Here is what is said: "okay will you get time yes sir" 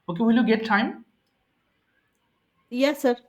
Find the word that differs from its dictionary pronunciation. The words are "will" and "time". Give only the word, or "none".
none